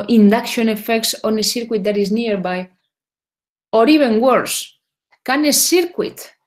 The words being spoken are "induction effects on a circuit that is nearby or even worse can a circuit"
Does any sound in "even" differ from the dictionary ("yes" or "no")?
yes